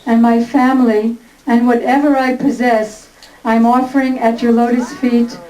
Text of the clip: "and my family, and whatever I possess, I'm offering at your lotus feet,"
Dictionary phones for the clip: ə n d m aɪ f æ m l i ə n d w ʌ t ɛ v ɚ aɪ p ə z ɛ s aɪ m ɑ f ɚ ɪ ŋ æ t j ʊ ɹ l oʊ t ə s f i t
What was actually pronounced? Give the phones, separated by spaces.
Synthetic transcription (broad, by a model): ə n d m aɪ f æ m l i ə n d w ʌ t ɛ v ɚ aɪ p ə z ɛ s aɪ m ɑ f ɚ ɪ ŋ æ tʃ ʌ ɹ l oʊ t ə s f i t